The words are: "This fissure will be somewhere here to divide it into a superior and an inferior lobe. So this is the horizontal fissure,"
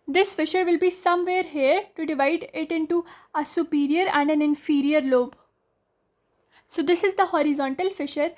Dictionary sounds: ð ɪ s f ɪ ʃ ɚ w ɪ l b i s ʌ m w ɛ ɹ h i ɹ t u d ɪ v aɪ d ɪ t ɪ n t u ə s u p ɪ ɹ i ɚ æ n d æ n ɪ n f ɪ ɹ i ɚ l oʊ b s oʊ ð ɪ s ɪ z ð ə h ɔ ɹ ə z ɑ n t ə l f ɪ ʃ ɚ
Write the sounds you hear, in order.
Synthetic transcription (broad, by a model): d ɪ s f ɪ ʃ ɚ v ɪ l b i s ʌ m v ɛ ɹ h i ɹ t u d ɪ v aɪ d ɪ t ɪ n t u ə s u p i ɹ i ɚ æ n d æ n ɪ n f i ɹ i ɚ l oʊ b s oʊ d ɪ s ɪ z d ə h ɔ ɹ ə z ɑ n t ə l f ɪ ʃ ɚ